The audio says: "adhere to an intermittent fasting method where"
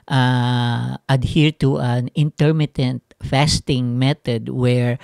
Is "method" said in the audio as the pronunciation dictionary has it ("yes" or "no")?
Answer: no